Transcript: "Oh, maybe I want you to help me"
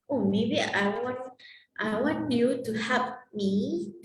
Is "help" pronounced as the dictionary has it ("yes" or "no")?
no